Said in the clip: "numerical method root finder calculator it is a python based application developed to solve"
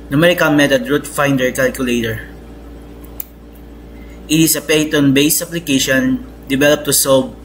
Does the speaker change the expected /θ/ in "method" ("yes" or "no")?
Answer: yes